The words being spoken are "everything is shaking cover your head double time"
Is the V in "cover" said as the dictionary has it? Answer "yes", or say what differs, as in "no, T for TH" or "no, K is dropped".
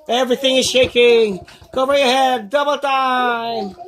no, B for V